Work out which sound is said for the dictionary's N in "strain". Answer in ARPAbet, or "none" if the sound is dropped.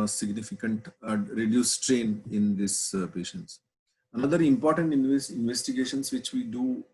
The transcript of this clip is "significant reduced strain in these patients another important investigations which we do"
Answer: N